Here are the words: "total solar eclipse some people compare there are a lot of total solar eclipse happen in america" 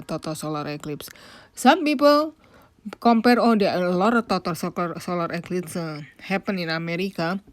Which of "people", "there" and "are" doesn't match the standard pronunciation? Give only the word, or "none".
there